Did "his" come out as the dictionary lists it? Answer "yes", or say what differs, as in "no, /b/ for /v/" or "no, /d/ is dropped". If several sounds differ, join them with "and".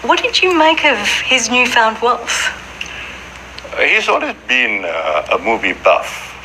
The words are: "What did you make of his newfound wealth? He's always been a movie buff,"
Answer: yes